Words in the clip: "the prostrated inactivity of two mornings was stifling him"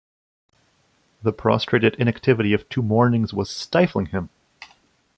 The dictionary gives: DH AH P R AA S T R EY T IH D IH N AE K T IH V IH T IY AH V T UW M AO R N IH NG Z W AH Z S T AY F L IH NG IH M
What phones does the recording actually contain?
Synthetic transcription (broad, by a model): DH AH P R AA S T R EY T IH D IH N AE K T IH V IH T IY AH V T UW M AO R N IH NG Z W AH Z S T AY F L IH NG IH M